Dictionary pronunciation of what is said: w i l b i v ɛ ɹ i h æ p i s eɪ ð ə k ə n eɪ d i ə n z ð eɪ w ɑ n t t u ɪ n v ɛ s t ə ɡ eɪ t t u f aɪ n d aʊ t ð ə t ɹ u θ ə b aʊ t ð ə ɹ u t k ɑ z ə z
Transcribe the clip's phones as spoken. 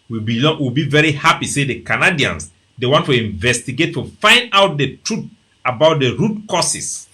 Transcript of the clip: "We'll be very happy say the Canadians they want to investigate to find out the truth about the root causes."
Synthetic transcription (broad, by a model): w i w b i v ɛ ɹ i h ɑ p i s eɪ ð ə k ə n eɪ d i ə n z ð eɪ w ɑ n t t u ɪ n v ɛ s t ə ɡ eɪ t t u f aɪ n d aʊ t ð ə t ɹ u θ ə b aʊ t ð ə ɹ u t k ɑ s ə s